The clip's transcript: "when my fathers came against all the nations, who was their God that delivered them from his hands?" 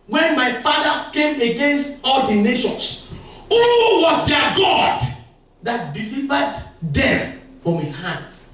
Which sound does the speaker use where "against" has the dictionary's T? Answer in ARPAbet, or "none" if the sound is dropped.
T